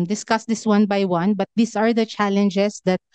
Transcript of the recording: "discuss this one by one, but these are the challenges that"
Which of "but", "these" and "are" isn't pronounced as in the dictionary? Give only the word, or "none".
these